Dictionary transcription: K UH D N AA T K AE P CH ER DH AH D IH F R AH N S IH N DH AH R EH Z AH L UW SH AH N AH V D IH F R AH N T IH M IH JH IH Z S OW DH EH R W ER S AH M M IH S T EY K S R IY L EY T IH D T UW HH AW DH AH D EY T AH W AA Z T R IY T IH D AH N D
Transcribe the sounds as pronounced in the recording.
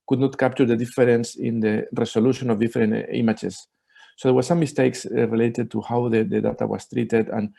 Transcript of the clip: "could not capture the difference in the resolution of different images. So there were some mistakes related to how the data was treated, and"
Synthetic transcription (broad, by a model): K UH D N AA T K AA P CH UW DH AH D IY F R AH N S IH N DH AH R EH S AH L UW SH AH N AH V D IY F R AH N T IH M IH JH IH S OW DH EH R W ER S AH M M IH S T EY K S R IY L EY T IH D T UW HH AW DH AH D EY T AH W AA S T R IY T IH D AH N